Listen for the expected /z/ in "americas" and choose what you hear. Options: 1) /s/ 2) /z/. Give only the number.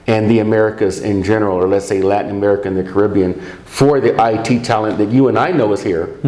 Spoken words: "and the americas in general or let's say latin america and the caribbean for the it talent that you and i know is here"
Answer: 2